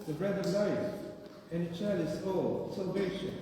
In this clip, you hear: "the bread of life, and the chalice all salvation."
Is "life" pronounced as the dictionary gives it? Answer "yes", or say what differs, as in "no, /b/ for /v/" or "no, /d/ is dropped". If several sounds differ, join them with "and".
no, /f/ is dropped